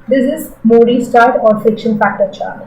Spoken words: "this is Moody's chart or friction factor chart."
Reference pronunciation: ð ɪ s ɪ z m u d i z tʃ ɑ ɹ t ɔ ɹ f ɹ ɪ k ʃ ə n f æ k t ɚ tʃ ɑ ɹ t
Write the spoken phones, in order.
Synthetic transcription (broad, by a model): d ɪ s ɪ z m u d i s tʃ ɑ ɹ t ɔ ɹ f ɪ k ʃ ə n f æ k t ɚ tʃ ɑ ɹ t